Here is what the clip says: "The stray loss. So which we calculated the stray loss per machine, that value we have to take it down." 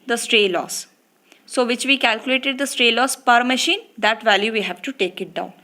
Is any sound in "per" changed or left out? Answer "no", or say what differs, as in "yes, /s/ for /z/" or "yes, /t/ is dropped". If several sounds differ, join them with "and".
no